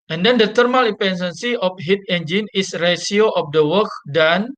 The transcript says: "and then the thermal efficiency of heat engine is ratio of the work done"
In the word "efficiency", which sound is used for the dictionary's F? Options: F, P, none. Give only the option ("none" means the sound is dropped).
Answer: P